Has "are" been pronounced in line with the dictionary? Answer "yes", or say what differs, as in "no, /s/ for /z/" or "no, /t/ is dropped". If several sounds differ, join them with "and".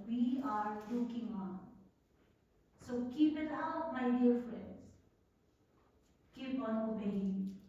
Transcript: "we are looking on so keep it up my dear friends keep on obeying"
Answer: yes